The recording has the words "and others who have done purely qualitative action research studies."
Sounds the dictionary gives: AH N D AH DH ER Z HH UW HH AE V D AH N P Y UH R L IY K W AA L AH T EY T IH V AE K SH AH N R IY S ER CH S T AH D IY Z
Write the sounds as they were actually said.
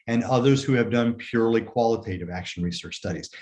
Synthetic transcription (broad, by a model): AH N AH DH ER Z HH UW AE V D AH N P Y UH R L IY K W AA L AH T EY T IH V AE K SH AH N R IY S ER CH S T AH D IY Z